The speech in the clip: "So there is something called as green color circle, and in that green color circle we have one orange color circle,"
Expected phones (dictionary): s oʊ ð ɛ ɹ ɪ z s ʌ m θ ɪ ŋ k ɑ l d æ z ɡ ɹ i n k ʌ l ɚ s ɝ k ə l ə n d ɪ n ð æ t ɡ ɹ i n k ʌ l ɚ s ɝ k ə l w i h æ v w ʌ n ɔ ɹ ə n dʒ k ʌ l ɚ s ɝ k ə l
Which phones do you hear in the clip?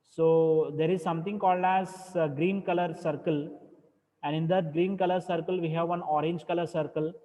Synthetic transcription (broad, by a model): s oʊ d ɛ ɹ ɪ z s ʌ m t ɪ ŋ k ɑ l d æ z ɡ ɹ i n k ʌ l ɚ s ɝ k ə l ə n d ɪ n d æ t ɡ ɹ i n k ʌ l ɚ s ɝ k ə l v i h æ v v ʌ n ɔ ɹ ə n dʒ k ʌ l ɚ s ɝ k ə l